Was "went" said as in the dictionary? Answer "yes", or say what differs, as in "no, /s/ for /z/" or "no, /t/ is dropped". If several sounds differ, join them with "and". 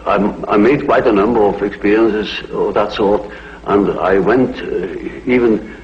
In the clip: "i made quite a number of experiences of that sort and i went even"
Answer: yes